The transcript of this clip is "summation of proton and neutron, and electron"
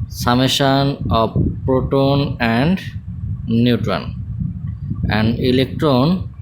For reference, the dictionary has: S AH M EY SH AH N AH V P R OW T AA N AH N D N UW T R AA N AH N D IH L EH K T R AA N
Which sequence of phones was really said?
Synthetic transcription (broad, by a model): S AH M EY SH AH N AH B P R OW T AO N AH N D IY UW T R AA N AH N D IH L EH K T R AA N